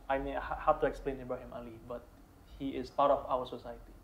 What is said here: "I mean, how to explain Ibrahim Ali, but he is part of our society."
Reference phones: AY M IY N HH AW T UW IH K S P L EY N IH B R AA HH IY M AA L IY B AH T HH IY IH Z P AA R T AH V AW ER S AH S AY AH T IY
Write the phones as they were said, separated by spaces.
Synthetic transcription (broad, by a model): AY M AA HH HH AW T UW IH K S P L EY N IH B AA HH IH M AA L IY B AH T HH IY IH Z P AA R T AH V AW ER S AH S AY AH T IY